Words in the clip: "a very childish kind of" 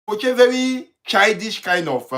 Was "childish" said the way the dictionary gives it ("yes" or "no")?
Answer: no